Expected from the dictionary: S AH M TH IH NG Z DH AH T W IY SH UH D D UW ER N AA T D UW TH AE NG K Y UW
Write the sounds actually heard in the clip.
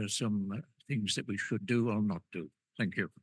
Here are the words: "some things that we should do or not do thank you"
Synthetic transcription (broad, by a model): S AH M TH IH NG Z DH AH T W IY SH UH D D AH ER N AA T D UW TH AE NG K Y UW